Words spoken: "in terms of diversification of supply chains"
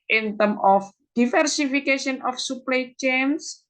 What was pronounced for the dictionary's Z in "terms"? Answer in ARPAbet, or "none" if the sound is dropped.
none